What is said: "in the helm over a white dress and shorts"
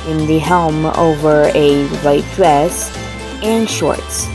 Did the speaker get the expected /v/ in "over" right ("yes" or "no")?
yes